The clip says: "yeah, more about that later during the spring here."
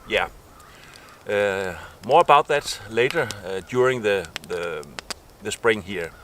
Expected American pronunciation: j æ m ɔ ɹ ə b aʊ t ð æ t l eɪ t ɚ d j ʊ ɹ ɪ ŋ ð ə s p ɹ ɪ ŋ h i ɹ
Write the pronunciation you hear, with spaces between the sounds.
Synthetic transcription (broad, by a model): j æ m ɔ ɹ ə b aʊ t ð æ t l eɪ t ɚ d j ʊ ɹ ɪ ŋ ð ə s p ɹ ɪ ŋ h i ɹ